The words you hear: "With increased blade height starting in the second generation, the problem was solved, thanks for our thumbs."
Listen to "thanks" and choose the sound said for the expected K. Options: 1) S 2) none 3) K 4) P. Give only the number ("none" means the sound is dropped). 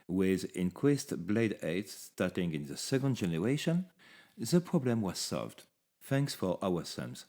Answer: 3